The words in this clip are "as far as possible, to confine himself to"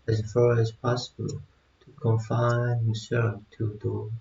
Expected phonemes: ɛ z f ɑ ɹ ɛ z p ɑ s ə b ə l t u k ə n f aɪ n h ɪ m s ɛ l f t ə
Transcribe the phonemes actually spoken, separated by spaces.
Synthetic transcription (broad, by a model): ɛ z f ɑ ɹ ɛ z p ɑ s ə b ə l t u k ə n f aɪ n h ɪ s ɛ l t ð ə